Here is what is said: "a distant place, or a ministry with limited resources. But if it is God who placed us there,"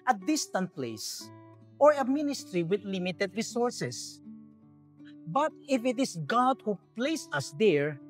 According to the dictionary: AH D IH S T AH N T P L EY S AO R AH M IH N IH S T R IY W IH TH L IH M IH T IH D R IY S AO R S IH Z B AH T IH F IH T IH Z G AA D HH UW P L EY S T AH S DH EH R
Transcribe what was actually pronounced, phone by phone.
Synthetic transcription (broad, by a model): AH D IH S T AH N T P L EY S AO R AH M IH N IH S T R IY W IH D L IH M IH T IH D R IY S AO R S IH S B AH T IH F IH T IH S G AA D HH UW P L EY S AH S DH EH R